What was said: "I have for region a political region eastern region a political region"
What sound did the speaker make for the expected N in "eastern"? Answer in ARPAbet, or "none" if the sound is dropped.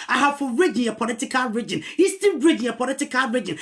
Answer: L